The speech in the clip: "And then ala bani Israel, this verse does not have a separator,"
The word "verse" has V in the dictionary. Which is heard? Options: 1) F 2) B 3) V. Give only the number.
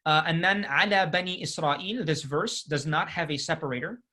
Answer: 3